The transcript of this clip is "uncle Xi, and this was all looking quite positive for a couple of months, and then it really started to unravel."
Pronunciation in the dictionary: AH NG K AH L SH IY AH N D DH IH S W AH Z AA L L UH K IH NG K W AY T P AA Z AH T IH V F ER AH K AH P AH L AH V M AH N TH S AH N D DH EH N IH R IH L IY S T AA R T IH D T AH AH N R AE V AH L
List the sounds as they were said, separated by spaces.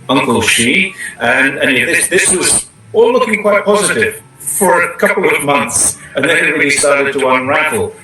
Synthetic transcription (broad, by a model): AH NG K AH L SH IY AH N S DH IH S W AH Z AA L L UH K IH NG K W AY T P AA Z AH T IH V F ER AH K AH P L AH V M AH N TH S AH N DH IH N IH R IH L IY S T AA R T IH D T AH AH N R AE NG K L